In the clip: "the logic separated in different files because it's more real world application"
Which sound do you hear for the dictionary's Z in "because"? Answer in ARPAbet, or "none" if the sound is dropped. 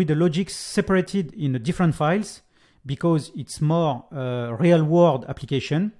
Z